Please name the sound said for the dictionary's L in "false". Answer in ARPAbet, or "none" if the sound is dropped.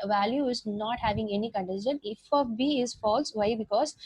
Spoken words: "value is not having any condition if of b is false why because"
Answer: L